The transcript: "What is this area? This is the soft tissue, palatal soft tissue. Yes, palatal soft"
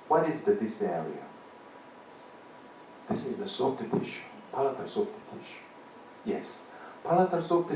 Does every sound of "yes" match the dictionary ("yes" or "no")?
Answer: yes